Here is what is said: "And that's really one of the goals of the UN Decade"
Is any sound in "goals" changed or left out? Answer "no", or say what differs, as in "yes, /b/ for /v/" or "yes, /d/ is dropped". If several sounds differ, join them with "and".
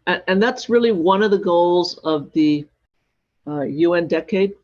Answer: no